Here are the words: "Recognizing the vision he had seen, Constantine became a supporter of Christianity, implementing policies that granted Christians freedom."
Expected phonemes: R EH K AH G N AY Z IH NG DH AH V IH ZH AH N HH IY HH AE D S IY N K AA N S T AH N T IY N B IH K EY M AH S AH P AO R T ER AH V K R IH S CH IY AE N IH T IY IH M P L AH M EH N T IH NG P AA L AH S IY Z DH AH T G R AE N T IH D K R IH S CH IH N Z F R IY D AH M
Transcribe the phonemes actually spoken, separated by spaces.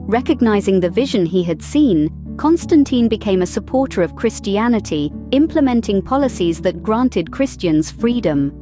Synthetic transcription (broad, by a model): R EH K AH G N AY Z IH NG DH AH V IH ZH AH N IY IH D S IY N K AA N S T AH N T IY N B IH K EY M AH S AH P AO R T ER AH V K R IH S CH IY AE N IH T IY IH M P L AH M EH N T IH NG P AA L AH S IY Z DH AH T G R AE N T IH D K R IH S CH IH N Z F R IY D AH M